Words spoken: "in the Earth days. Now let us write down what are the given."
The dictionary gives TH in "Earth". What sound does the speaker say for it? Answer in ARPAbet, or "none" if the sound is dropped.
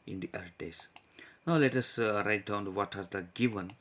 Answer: T